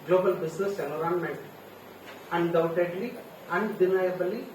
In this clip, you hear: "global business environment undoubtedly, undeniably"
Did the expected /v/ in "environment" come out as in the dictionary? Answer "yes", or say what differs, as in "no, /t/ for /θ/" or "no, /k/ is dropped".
no, /v/ is dropped